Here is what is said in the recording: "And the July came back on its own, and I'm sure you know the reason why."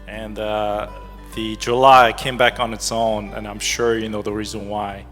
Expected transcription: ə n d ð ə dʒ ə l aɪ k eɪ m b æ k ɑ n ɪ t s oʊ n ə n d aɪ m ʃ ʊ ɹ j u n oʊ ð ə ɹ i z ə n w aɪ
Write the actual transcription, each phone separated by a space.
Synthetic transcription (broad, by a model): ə n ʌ ð ə dʒ ə l aɪ k eɪ m b æ k n ɪ t s oʊ n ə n aɪ m ʃ ʊ ɹ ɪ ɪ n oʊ ð ə ɹ i z ə n w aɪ